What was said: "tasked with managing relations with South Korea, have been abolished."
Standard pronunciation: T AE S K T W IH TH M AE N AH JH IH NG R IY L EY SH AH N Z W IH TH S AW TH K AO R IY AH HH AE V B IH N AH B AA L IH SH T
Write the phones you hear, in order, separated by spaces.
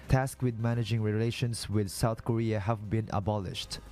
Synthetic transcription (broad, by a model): T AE S K W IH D M AE N AH JH IH NG R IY L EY SH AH N S W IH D S AW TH K AO R IY AH HH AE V B IH N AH B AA L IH SH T